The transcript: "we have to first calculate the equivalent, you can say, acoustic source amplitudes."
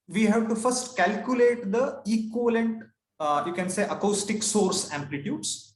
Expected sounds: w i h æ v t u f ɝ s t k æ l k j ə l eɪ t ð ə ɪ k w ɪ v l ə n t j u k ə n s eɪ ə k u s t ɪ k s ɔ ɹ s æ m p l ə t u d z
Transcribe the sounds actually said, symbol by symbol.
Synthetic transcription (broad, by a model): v i h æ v t u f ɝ s t k æ l k j ə l eɪ t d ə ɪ k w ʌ l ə n t j u k ə n s eɪ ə k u s t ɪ k s ɔ ɹ s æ m p l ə t u d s